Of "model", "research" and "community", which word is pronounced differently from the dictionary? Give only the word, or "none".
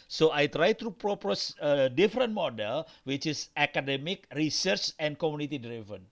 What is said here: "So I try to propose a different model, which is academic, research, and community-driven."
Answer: none